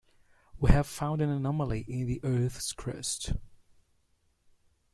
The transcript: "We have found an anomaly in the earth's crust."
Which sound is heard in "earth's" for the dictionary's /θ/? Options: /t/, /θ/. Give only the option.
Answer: /θ/